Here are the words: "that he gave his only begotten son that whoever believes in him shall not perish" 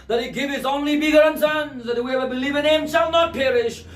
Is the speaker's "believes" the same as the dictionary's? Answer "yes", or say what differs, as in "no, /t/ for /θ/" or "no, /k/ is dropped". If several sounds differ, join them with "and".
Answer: no, /z/ is dropped